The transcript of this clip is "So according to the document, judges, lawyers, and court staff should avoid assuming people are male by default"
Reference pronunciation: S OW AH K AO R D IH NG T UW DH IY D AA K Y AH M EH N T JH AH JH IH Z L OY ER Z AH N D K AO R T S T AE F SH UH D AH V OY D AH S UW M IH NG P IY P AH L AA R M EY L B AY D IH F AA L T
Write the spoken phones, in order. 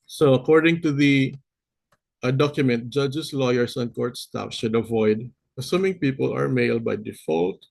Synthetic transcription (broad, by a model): S OW AH K AO R D IH NG T UW DH IY D AA K Y AH M EH N T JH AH JH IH S L OY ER S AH N K AO R T S T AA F SH UH D AH V OY D AH S UW M IH NG P IY P AH L AA R M EY L B AY D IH F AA L T